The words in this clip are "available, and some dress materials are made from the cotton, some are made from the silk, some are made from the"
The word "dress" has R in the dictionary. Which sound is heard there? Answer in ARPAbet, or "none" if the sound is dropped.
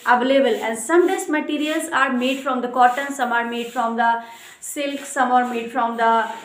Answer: none